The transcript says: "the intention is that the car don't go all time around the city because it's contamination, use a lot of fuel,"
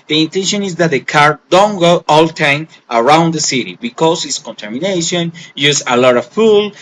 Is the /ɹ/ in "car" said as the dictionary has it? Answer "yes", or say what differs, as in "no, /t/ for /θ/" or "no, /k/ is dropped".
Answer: yes